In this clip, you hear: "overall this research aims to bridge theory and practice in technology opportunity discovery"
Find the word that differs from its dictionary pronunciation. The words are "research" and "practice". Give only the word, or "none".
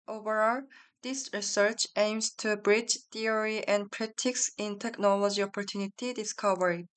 practice